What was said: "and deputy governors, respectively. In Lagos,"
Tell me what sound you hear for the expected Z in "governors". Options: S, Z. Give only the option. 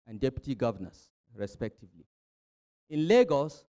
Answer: S